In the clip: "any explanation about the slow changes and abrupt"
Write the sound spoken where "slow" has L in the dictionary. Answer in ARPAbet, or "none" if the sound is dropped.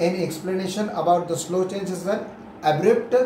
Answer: L